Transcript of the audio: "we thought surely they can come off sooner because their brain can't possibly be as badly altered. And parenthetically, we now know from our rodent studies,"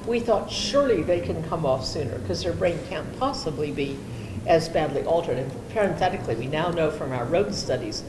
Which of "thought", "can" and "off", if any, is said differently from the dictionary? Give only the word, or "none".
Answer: none